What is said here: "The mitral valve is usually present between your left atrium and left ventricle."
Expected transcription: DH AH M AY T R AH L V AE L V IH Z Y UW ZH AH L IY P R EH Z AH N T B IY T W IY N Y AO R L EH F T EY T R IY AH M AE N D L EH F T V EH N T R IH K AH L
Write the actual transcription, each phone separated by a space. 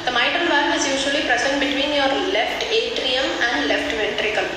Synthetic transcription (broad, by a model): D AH M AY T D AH N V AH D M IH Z Y UW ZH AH L IY P R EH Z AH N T B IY T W IY N Y AO R L EH F T EY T R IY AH M AE N D L EH F T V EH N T R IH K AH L